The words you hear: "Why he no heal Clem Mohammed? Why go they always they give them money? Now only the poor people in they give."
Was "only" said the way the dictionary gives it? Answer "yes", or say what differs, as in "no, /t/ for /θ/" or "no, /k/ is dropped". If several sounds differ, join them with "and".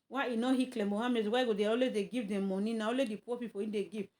no, /n/ is dropped